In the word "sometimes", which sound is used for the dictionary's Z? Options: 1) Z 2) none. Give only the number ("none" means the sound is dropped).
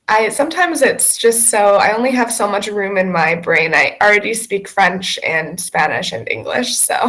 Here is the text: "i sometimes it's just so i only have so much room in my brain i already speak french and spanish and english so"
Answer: 1